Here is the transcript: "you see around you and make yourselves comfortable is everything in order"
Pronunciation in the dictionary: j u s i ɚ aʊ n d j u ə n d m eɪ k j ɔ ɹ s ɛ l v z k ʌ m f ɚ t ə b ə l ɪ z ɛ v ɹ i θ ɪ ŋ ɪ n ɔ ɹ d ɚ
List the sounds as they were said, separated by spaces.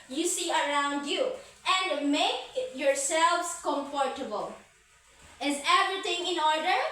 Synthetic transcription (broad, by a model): j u s i ɚ aʊ n d j u ə n d m eɪ k j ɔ ɹ s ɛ l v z k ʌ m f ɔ t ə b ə l ɪ z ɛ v ɹ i t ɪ ŋ ɪ n ɔ ɹ d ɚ